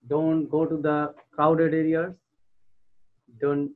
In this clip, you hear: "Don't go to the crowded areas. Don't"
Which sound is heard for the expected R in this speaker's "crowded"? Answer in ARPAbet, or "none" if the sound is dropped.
none